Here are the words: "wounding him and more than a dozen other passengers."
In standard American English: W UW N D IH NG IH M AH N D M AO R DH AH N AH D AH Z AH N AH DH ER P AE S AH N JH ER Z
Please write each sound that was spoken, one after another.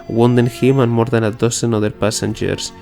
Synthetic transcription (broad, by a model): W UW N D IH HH IH M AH N M AO R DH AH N AH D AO S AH N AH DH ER P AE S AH N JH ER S